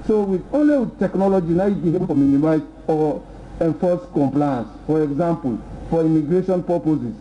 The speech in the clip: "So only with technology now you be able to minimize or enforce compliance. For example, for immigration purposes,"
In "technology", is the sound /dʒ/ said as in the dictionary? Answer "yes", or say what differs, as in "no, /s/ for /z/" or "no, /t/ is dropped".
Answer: yes